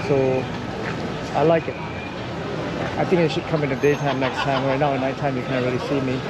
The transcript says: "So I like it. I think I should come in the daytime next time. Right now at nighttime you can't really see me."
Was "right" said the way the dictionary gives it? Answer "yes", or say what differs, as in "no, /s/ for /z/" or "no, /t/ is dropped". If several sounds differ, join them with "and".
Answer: no, /w/ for /ɹ/